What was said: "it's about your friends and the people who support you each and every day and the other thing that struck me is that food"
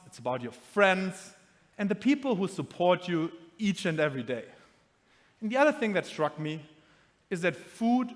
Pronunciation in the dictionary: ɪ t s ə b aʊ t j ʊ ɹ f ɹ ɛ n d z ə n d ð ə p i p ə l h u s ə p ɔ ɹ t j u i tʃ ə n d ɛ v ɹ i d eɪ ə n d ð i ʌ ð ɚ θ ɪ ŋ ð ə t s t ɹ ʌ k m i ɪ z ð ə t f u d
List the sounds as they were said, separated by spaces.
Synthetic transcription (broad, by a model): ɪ t s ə b aʊ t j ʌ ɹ f ɹ ɛ n d z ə n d ð ə p i p l h u s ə p ɔ ɹ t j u i tʃ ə n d ɛ v ɹ i d eɪ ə n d ð i ʌ ð ɚ θ ɪ ŋ ð ə t s t ɹ ʌ k m i ɪ z ð ə t f u d